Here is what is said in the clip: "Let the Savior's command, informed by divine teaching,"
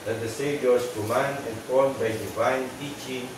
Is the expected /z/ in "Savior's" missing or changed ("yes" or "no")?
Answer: yes